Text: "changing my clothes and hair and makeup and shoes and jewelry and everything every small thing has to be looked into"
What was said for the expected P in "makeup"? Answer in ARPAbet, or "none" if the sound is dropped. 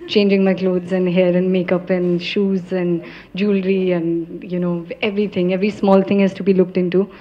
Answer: P